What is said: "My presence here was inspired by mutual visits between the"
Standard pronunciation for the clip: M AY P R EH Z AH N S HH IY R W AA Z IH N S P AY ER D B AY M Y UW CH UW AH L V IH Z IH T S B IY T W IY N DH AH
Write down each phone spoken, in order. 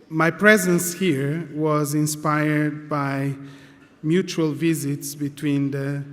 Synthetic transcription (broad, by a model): M AY P R EH Z AH N S HH IY R W AA Z IH N S P AY ER D B AY M Y UW CH UW AH L V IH Z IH T S B IY T W IY N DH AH